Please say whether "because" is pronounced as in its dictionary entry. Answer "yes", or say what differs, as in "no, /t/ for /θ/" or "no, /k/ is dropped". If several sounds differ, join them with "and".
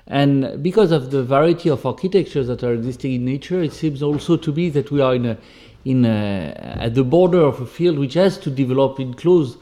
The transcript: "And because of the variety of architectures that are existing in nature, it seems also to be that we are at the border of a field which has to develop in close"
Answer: yes